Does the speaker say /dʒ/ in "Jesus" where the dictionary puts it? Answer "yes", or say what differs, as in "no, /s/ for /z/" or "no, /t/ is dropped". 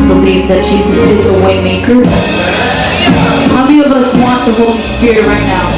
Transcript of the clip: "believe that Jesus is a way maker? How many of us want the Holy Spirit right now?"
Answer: no, /ʃ/ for /dʒ/